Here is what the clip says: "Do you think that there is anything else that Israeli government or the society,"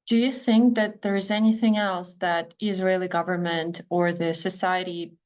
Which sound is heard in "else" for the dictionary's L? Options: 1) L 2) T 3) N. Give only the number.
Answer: 1